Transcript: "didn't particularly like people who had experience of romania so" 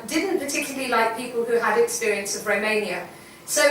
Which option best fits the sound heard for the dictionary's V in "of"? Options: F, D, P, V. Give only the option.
V